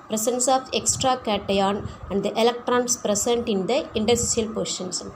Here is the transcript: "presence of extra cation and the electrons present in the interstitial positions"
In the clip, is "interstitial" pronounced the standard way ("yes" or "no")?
no